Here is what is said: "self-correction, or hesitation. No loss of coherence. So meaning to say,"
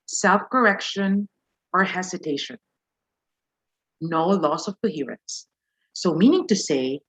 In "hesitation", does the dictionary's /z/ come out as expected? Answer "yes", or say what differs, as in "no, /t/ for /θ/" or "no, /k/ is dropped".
no, /s/ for /z/